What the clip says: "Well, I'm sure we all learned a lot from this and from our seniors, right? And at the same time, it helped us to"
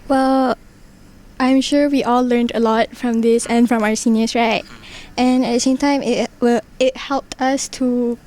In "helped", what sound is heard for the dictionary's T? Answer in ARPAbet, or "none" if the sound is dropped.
T